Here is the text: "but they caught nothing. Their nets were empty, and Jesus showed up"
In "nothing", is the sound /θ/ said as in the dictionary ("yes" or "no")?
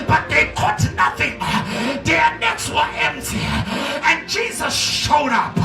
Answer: yes